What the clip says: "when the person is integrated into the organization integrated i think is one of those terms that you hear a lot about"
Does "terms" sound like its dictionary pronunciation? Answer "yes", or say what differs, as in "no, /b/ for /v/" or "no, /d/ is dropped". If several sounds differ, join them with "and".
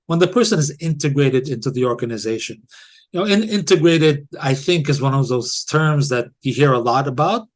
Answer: yes